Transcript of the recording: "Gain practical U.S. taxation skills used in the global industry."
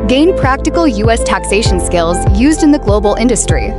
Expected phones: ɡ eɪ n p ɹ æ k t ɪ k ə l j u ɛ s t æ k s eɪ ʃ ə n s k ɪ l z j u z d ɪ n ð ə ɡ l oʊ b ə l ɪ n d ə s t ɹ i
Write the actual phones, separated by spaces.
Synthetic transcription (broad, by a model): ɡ eɪ n p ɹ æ k t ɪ k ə l j u ɛ s t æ k s eɪ ʃ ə n s k ɪ l z j u z d ɪ n ð ə ɡ l oʊ b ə l ɪ n d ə s t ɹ i